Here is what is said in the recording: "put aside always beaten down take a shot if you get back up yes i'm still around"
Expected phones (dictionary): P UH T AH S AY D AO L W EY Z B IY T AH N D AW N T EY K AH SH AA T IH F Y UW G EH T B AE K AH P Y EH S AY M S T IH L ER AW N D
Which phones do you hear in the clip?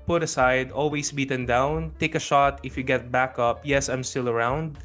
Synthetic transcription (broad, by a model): P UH T AH S AY D AO L W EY S B IY T AH N D AW N T EY K AH SH AA T IH F Y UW G EH T B AE K AH P Y EH S AY M S T IH L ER AW N D